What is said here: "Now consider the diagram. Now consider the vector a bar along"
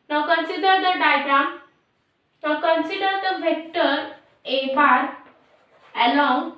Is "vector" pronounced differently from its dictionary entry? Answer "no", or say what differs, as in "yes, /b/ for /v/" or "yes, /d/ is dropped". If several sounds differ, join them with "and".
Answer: yes, /b/ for /v/